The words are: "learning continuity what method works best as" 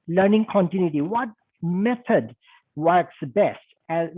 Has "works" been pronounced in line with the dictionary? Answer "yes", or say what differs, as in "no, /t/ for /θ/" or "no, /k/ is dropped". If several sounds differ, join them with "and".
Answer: yes